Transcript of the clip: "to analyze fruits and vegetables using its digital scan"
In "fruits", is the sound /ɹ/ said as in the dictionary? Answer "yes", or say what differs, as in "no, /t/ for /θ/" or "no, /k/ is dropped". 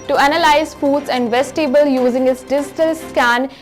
no, /ɹ/ is dropped